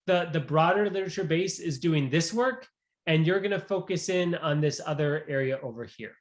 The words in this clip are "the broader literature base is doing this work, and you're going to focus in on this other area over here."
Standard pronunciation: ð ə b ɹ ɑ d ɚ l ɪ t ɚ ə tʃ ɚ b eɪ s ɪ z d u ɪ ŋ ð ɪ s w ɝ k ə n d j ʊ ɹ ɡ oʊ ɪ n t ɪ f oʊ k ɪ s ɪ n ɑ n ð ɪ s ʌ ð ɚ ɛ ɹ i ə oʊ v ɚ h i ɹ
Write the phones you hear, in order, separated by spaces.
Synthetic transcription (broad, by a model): ð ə b ɹ ɑ d ɚ l ɪ t ɚ ə tʃ ɚ b eɪ s ɪ z d u ɪ ŋ ð ɪ s w ɝ k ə n j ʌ ɹ ɡ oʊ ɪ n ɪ f oʊ k ɪ s ɪ n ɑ n ð ɪ s ʌ ð ɚ ɛ ɹ i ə oʊ v ɚ h i ɹ